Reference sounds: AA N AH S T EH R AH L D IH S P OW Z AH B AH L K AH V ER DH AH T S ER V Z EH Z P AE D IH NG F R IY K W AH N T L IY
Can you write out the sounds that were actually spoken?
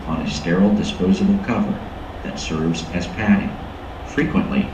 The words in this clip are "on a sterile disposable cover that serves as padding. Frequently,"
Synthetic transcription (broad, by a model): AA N AH S T EH R L D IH S P OW Z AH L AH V K AH V ER DH AH T S ER V Z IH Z P AE D IH NG F R IY K W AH N T L IY